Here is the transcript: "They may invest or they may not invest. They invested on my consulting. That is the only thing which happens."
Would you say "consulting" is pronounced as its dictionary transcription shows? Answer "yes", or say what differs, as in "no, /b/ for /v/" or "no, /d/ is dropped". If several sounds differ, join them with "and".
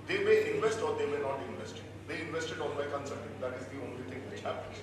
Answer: no, /l/ is dropped